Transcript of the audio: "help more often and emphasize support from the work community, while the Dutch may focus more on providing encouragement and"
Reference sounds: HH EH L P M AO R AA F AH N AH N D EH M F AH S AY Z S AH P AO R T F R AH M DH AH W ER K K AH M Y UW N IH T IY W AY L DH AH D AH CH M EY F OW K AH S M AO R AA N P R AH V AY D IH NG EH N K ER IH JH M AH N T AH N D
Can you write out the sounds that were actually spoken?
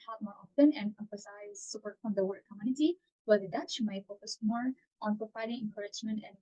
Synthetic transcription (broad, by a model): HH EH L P M AO R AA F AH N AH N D EH M F AH S AY Z S AH P AO R T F R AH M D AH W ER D K AH M Y UW N IH T IY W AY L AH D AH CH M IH F OW K AH S M AO R AA N P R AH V AY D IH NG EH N K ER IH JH M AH N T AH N